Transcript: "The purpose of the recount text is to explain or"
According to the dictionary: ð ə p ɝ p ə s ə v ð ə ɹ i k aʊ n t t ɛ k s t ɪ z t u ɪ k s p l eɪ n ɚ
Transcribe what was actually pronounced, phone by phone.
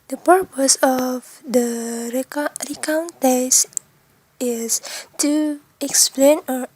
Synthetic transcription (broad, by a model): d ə p ɝ p ə s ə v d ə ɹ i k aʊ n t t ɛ s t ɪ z t u ɪ k s p l eɪ n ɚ